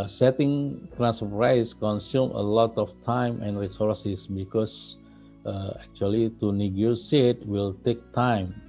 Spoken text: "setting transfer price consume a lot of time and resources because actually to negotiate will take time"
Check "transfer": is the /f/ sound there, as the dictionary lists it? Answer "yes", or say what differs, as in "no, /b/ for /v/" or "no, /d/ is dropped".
no, /f/ is dropped